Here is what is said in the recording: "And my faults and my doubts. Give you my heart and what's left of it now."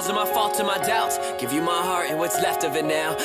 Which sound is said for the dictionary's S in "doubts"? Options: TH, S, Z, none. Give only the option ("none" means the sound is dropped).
none